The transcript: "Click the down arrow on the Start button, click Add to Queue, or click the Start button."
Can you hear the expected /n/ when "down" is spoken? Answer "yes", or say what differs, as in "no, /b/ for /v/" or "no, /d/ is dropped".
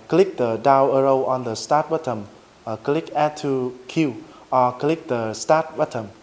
no, /n/ is dropped